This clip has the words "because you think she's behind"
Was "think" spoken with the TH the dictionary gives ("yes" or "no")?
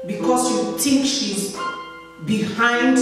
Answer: no